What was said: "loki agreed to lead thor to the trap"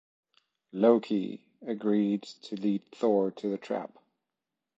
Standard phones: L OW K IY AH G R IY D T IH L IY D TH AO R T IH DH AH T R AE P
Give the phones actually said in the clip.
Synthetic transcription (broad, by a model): L OW K IY AH G R IY D T IH L IY D TH AO R T IH DH AH T R AE P